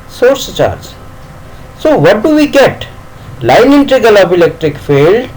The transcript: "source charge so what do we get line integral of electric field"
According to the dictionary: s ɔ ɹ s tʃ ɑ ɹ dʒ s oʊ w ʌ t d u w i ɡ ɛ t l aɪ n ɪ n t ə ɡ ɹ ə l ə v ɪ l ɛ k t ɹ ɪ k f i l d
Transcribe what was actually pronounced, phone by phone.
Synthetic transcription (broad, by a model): s ɔ ɹ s tʃ ɑ ɹ dʒ s oʊ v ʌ t d u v i ɡ ɛ t l aɪ n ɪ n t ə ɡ ə l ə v ɪ l ɛ k t ɹ ɪ k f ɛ l d